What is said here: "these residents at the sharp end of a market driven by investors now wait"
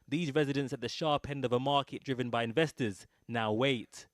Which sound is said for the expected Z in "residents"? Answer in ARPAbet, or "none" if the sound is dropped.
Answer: Z